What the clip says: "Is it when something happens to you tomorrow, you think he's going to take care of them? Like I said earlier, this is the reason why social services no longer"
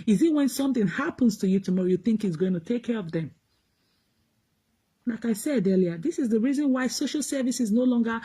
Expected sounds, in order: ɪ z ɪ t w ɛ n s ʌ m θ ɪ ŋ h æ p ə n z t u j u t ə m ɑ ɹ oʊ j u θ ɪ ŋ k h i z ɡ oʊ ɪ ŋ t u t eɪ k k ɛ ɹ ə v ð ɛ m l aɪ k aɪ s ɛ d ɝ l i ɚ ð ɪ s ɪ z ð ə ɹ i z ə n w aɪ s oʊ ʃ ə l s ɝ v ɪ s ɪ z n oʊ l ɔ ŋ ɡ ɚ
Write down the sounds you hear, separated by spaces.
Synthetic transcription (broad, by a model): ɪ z ɪ t w ɛ n s ʌ m θ ɪ ŋ h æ p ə n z t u j u t ə m ɑ ɹ oʊ j u θ ɪ ŋ k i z ɡ oʊ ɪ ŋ t u t eɪ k k ɛ ɹ ə v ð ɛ m l aɪ k aɪ s ɛ d ɝ l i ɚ ð ɪ s ɪ z ð ə ɹ i z ə n w aɪ s oʊ ʃ ə l s ɝ v ɪ s ɪ z n oʊ l ɔ ŋ ɡ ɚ